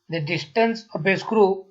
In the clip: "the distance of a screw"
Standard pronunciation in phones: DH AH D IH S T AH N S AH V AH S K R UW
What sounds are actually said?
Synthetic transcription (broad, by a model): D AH D IH S T AH N S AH P AH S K R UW